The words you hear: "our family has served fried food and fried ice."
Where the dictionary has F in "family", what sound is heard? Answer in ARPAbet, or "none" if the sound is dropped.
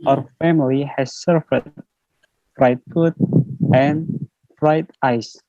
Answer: F